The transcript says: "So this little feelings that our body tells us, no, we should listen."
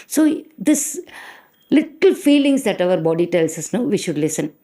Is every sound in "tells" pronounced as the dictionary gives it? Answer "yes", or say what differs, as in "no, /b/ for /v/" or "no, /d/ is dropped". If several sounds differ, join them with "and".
no, /s/ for /z/